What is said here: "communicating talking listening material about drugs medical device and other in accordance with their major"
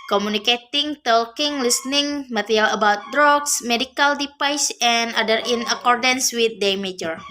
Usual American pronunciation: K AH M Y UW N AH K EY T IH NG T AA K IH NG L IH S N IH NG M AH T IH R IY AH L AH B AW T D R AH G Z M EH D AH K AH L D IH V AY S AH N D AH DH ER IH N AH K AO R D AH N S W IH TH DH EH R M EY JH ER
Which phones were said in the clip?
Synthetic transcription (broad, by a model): K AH M UW N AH K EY T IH NG T AA K IH NG L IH S N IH NG M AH T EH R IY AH L AH B AW T D R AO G S M EH D AH K AH L D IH P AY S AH N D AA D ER IH N AH K AO R D AH N S W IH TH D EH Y M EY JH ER